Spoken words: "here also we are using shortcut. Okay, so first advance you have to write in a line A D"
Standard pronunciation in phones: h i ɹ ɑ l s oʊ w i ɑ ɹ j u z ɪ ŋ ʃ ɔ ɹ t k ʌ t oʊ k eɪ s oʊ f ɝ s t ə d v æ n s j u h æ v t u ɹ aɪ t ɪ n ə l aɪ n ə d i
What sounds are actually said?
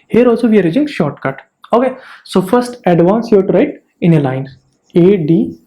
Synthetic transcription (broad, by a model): h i ɹ ɑ l s oʊ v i ɑ ɹ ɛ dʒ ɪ ŋ ʃ ɔ ɹ t k ʌ t oʊ k eɪ s oʊ f ɝ s t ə d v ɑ n s j u t u ɹ aɪ t ɪ n ə l aɪ n ə d i